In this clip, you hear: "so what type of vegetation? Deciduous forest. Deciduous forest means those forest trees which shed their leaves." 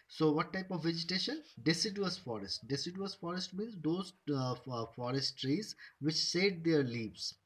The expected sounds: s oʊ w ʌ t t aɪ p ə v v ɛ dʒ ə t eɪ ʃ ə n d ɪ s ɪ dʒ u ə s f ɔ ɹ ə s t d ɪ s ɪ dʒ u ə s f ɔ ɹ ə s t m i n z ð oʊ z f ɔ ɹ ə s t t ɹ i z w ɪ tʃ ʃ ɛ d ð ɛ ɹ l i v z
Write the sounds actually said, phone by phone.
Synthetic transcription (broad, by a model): s oʊ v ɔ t t aɪ p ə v v ɛ dʒ ə t eɪ ʃ ə n d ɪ s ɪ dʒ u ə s f ɔ ɹ ə s t d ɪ s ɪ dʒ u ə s f ɔ ɹ ə s t m i n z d oʊ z f ɔ ɹ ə s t t ɹ i z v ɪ tʃ s ɛ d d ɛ ɹ l i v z